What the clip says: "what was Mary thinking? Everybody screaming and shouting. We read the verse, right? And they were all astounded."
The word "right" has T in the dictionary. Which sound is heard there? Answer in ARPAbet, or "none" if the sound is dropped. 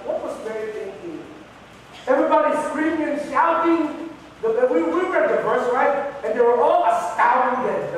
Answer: none